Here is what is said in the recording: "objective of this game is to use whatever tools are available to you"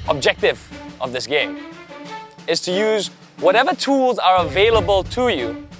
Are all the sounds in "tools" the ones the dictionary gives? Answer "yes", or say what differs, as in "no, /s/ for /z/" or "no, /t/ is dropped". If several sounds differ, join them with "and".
yes